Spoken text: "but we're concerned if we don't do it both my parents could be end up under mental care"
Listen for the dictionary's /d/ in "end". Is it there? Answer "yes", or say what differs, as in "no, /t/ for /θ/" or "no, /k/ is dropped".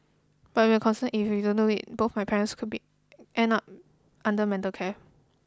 no, /d/ is dropped